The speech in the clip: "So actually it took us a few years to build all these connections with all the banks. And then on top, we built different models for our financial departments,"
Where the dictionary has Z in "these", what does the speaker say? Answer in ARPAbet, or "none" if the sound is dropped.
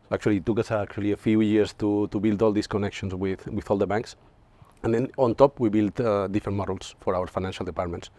S